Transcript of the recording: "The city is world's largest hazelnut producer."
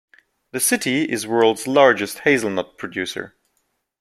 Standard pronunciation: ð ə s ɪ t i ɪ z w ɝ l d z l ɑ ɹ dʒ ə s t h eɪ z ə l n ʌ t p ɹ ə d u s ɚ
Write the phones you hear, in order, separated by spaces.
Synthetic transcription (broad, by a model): ð ə s ɪ t i ɪ z w ɝ l d z l ɑ ɹ dʒ ə s t h eɪ z l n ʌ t p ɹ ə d u s ɚ